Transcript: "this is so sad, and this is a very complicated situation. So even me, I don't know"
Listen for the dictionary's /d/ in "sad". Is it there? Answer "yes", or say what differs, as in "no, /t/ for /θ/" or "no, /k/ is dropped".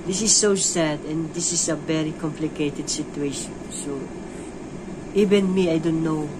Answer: yes